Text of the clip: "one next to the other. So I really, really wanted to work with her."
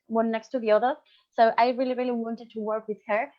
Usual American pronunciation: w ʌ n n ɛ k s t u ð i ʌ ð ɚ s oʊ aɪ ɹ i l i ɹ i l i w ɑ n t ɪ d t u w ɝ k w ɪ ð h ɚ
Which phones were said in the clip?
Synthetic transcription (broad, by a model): w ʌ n n ɛ k s t u ð i ʌ ð ɚ s oʊ aɪ ɹ i l i ɹ i l i w ɑ n t ɪ d t u w ɝ k w ɪ ð h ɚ